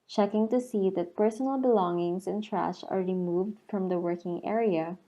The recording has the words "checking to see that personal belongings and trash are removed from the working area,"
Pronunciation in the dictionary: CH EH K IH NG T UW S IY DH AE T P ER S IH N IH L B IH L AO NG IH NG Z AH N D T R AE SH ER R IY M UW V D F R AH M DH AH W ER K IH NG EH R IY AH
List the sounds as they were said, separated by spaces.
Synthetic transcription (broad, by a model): CH EH K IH NG T UW S IY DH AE T P ER S IH N IH L B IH L AO NG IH NG S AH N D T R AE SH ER R IY M UW V D F R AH M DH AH W ER K IH NG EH R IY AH